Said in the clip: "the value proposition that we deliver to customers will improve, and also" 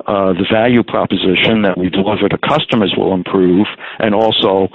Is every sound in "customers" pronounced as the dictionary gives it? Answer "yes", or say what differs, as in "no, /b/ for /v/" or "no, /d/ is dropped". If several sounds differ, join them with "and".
yes